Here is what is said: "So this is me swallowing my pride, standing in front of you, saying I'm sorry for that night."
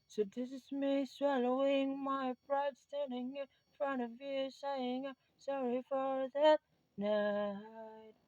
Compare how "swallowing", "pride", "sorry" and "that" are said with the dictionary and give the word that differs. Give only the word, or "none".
pride